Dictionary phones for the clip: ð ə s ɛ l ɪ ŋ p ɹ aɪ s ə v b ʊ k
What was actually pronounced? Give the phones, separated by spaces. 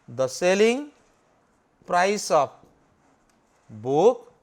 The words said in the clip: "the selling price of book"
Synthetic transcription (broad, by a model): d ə s ɛ l ɪ ŋ p ɹ aɪ s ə p b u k